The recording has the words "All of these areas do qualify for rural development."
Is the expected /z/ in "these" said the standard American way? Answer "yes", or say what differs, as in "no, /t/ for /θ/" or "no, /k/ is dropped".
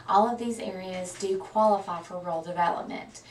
yes